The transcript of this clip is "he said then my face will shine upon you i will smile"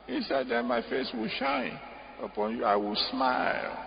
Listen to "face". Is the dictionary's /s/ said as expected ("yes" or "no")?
yes